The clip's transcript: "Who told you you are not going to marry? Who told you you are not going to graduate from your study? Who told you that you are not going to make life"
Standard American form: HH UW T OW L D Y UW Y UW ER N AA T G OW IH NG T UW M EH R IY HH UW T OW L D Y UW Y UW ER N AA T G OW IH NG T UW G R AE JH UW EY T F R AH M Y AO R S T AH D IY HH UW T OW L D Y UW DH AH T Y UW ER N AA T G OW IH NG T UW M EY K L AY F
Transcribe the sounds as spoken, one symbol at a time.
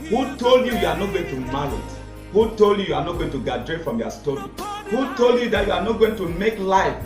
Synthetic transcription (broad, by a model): HH UW T OW L D Y UW Y UW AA N AA T G OW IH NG T UW M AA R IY HH UW T OW L D Y UW Y UW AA N AA T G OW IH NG T UW G AA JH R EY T F R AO M Y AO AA S T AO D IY HH UW T OW L D Y UW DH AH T Y UW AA N AA T G OW IH NG T UW M EY K L AY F